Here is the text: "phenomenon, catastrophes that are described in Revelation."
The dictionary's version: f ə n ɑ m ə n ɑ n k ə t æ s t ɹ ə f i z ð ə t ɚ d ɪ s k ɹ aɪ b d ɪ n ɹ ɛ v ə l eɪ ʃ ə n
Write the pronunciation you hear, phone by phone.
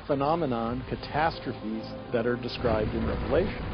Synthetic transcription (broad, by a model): f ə n ɑ m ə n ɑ n k ə t æ s t ɹ ə f i z ð ə t ɚ d ɪ s k ɹ aɪ b d ɪ n ɹ ɛ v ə l eɪ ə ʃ